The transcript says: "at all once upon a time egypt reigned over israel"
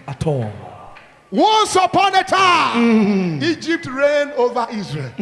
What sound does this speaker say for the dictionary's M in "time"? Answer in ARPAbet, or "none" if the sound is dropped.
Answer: none